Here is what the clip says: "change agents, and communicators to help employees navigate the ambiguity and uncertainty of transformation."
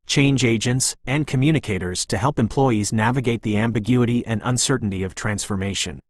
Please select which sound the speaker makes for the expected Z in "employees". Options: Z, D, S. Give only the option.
Z